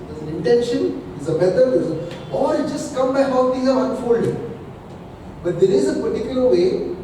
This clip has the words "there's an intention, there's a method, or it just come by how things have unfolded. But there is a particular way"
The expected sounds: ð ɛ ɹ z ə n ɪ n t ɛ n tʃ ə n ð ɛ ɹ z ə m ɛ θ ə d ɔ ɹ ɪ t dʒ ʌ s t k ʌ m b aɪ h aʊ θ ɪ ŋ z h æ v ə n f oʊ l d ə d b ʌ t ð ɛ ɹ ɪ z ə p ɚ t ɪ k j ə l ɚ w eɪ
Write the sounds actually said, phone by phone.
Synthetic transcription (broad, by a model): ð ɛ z ə n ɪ n t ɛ n ʃ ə n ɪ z ə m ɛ t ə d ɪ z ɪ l dʒ ʌ s t k ʌ m b aɪ h aʊ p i z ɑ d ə n f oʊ l d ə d b ʌ t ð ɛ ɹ ɪ z ə p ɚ t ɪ k j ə l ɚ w eɪ